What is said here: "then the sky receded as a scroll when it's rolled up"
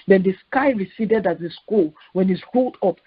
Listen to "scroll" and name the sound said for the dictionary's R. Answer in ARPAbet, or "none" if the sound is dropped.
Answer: none